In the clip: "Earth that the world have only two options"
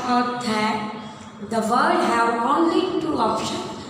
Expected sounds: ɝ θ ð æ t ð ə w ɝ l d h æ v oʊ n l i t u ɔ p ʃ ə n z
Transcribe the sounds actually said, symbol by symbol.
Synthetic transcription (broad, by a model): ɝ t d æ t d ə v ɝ d h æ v oʊ n l i t u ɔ p ʃ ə n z